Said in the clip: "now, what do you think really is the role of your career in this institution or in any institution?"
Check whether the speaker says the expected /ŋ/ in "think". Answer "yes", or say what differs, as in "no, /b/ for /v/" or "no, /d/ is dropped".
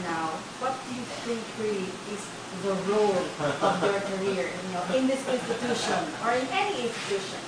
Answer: no, /ŋ/ is dropped